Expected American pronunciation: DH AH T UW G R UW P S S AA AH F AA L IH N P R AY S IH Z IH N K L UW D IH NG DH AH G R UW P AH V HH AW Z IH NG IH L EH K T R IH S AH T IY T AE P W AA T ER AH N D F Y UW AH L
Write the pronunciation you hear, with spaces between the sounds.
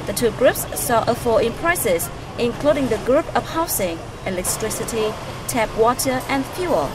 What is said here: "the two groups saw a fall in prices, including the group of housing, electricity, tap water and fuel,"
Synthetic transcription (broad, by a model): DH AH T UW G R UW P S S AA AH F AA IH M P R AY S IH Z IH N K L UW D IH NG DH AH G R UW P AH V HH AW S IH NG IH L EH K T R IH S AH T IY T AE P W AA T ER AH N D F Y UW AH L